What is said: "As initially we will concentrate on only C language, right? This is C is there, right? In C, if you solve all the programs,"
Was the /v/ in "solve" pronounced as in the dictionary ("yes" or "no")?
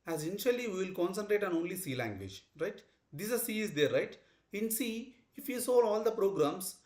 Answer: no